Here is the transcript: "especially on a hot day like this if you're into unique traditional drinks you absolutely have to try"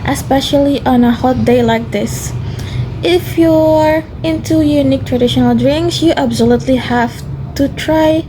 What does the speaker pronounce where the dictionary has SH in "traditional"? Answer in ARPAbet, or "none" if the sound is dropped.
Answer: SH